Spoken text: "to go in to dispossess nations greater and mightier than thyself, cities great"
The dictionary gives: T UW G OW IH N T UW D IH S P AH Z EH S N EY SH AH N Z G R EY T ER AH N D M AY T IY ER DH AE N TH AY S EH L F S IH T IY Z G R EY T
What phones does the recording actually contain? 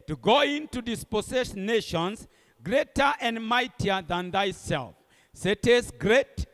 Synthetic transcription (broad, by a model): T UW G OW IH N T UW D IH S P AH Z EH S N EY SH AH N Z G R EY T ER AH N D M AY T IY ER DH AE N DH AY S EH L F S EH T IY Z G R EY T